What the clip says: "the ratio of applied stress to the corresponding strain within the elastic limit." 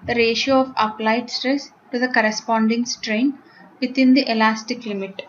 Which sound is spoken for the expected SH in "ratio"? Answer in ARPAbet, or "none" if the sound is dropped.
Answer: SH